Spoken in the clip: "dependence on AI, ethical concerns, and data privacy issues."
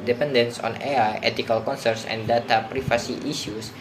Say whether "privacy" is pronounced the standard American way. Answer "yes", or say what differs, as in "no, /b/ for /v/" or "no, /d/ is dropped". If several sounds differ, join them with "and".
no, /f/ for /v/